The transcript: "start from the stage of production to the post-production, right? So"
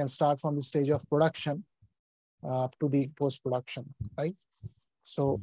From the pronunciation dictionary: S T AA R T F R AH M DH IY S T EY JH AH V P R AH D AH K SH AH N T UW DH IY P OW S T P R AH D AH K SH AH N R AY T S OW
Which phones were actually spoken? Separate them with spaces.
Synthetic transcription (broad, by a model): S T AA R T F R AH M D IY S T EY JH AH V P R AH D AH K SH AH N T UW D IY P OW S T P R AH D AH K SH AH N R AY T S OW